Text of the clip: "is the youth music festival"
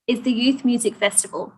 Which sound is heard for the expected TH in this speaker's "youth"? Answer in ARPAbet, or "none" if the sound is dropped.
TH